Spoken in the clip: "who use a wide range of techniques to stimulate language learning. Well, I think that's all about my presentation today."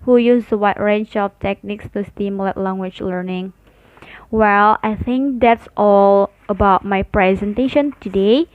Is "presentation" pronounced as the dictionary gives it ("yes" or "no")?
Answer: yes